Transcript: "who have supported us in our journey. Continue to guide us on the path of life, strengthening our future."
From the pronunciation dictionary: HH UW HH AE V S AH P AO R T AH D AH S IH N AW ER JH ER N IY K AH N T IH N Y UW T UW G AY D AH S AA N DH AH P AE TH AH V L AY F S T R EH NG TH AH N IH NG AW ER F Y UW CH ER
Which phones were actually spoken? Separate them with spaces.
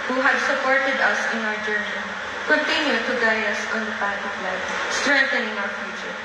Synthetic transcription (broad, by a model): HH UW HH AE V S AH P AO R T AH D AH S IH N AW ER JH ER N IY K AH N T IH N Y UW T UW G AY AH S AA N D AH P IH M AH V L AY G S T R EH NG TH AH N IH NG AW ER F Y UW CH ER